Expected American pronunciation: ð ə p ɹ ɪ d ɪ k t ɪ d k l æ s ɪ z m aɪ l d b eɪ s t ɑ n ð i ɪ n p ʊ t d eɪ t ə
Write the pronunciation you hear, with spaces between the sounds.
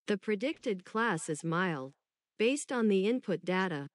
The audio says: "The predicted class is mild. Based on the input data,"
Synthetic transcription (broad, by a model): ð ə p ɹ ɪ d ɪ k t ɪ d k l æ s ɪ z m aɪ l d b eɪ s t n ð i ɪ n p ʊ t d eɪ t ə